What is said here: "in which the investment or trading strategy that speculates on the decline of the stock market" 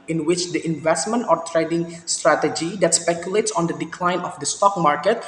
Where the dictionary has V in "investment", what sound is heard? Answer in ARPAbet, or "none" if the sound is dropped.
V